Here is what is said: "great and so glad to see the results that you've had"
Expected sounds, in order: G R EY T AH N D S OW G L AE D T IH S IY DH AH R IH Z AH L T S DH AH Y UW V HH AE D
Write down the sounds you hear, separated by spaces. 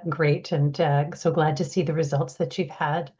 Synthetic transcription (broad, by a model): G R EY T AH N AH S OW G L AE D T IH S IY DH AH R IH Z AH L T S DH AH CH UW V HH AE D